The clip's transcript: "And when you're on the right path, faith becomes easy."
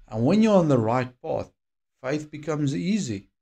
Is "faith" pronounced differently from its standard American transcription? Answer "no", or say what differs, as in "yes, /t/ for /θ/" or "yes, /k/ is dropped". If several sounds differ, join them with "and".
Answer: no